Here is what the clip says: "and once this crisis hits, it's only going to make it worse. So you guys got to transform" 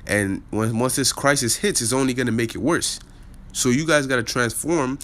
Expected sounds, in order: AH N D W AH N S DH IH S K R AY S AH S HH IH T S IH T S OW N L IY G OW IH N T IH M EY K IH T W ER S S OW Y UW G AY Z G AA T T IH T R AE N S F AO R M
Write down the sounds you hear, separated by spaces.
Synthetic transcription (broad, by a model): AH N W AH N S DH IH S K R AY S AH S HH IH T S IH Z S OW N L IY G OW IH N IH M EY K IH T W ER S S OW Y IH G AY Z G AA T T IH T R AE N S F AO R M